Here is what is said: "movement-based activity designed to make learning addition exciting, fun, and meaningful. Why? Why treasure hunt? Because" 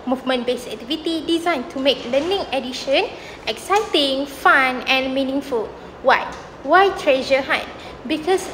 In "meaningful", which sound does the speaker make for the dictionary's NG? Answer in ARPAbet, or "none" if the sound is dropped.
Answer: NG